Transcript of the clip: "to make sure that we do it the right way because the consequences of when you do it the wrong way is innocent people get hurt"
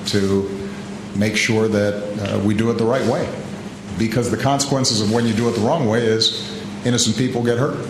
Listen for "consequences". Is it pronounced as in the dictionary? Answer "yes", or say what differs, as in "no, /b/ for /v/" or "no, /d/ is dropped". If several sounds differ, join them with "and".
yes